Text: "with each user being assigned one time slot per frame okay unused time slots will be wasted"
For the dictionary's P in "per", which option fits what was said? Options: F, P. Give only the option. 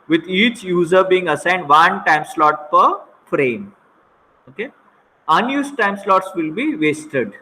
P